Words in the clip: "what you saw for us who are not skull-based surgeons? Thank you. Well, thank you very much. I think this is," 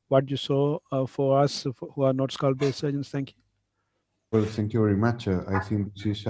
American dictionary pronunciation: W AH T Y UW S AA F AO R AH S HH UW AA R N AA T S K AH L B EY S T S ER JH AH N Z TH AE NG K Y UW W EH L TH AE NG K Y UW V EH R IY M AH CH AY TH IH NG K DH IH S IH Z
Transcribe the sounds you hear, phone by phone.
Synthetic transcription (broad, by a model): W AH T Y UW S AA F AO R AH S HH UW AA R N AA T S K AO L B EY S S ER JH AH N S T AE NG K Y UW W EH L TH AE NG K Y UW V EH R IY M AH CH AY S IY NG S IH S